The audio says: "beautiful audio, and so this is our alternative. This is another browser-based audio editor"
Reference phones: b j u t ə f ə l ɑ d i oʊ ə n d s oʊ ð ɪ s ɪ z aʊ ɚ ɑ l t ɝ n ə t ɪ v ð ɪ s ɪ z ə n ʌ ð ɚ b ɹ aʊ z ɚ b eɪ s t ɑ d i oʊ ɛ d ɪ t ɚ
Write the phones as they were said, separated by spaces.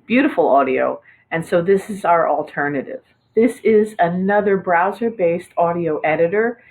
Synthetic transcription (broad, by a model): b j u t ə f l ɑ d i oʊ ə n s oʊ ð ɪ s ɪ z aʊ ɚ ɑ l t ɝ n ə t ɪ v ð ɪ s ɪ z ə n ʌ ð ɚ b ɹ aʊ z ɚ b eɪ s t ɑ d i oʊ ɛ d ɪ t ɚ